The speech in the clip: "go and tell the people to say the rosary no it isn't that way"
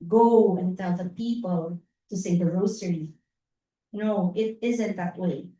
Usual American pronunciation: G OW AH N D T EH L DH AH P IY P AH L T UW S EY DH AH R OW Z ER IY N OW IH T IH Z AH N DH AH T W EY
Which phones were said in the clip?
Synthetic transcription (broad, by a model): G OW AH N T EH L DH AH P IY P AH L T UW S EY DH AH R OW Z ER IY N OW IH T IH Z AH N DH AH T W EY